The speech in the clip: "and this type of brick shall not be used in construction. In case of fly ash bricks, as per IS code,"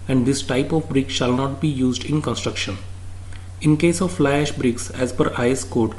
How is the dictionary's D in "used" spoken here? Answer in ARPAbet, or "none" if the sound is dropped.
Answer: D